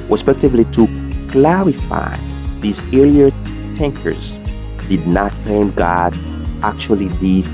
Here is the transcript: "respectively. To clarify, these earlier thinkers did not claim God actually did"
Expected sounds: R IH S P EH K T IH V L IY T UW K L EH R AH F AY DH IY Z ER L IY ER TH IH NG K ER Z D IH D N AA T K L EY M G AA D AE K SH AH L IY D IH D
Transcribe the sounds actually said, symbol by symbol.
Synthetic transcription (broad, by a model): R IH S P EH K T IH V L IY T UW K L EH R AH F AY DH IY Z ER L IY ER T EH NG K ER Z D IH D N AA T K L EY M G AA D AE K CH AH L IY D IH